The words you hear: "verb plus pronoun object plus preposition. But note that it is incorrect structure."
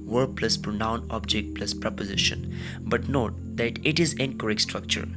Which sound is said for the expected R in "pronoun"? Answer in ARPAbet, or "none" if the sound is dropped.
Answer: R